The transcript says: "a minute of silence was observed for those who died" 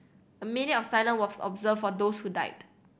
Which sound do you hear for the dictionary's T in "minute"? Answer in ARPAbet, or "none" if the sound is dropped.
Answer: none